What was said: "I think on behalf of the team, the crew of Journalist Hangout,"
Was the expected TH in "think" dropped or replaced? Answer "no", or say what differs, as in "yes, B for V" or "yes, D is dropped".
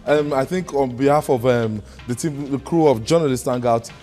no